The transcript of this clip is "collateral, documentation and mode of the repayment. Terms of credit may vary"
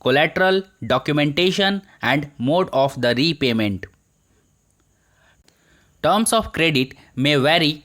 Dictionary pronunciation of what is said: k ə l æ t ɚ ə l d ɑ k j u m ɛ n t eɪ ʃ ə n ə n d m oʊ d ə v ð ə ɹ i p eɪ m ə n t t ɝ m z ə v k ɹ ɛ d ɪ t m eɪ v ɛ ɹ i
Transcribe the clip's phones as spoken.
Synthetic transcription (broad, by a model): k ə l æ t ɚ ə l d ɑ k j u m ɛ n t eɪ ʃ ə n ə n d m oʊ d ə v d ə ɹ i p eɪ m ə n t t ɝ m s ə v k ɹ ɛ d ɪ t m eɪ v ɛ ɹ i